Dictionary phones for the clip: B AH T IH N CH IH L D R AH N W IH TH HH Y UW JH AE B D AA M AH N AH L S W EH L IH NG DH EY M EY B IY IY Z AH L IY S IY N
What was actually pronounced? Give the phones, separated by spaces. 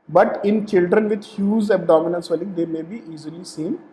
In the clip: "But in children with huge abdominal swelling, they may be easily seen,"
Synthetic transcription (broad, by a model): B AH T IH N CH IH L D R AH N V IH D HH Y UW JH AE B D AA M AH N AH N S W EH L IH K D EY M EY B IY IY Z AH L IY S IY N